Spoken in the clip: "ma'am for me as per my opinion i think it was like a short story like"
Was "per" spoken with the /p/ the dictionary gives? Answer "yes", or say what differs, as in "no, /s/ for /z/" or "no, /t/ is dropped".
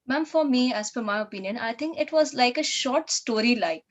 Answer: no, /f/ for /p/